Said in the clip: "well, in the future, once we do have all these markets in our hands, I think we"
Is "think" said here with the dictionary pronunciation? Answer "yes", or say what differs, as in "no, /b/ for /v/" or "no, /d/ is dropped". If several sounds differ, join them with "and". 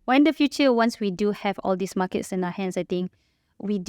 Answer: no, /t/ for /θ/